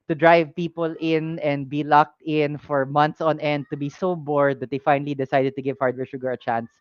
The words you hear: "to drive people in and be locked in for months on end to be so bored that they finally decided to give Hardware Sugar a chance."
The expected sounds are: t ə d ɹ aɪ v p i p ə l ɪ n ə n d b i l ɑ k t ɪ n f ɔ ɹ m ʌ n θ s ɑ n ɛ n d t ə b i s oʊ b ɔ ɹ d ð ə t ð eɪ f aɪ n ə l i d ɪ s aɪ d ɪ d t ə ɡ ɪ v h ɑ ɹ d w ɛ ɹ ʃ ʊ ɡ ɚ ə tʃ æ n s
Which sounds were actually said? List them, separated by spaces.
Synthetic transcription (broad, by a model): t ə d ɹ aɪ v p i p ə l ɪ n ə n d b i l ɑ k t ɪ n f ɔ ɹ m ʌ n t s ɑ n ɛ n d t ə b i s oʊ b ɔ ɹ d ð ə t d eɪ f aɪ n ə l i d ɪ s aɪ d ɪ d t ə ɡ ɪ v h ɑ ɹ d w ɛ ɹ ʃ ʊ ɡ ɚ ə tʃ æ n s